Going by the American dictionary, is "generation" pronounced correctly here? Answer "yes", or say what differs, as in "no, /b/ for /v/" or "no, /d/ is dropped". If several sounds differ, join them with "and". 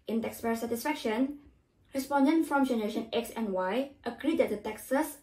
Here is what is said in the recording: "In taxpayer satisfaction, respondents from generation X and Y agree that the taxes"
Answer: yes